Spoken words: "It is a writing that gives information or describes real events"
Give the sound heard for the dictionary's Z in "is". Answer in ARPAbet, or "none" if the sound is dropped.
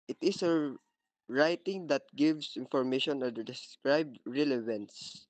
S